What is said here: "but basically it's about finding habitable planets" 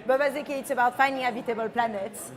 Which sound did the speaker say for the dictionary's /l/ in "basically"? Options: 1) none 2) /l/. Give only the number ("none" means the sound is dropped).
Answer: 1